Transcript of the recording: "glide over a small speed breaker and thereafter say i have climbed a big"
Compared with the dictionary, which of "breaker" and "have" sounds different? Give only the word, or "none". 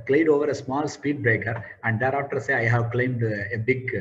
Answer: none